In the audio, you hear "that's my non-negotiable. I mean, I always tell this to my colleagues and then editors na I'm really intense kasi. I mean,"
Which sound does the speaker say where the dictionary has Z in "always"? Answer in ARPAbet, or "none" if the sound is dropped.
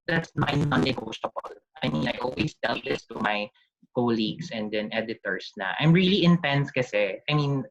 S